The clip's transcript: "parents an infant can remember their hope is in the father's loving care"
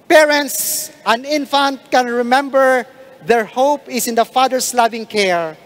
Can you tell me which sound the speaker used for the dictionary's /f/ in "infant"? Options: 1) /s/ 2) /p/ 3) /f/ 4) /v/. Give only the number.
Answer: 3